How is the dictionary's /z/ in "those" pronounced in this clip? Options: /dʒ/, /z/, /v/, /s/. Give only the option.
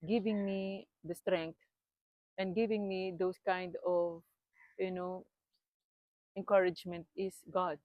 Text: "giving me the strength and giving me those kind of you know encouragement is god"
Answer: /s/